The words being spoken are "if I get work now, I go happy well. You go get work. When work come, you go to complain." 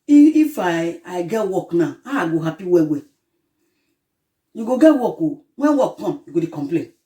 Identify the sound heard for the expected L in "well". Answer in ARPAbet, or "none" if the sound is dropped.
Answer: W